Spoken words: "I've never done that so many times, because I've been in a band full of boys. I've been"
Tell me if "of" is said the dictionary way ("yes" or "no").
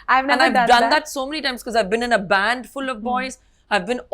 yes